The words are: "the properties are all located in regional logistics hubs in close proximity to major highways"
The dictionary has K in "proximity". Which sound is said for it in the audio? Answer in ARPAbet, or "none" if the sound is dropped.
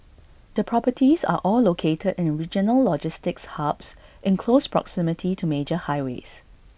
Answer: K